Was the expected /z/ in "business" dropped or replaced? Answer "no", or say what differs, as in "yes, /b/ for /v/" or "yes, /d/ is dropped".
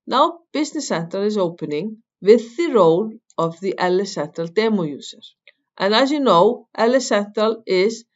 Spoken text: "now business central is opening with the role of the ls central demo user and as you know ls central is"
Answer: yes, /s/ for /z/